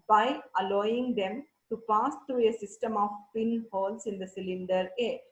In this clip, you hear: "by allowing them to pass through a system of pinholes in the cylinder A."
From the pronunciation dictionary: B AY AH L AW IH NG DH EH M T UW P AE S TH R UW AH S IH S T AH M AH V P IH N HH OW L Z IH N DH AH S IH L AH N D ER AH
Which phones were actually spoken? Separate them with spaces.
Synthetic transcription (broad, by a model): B AY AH L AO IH NG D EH M T UW P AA S T R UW AH S IH S T AH M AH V P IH N HH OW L S IH N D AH S IH L AH N D ER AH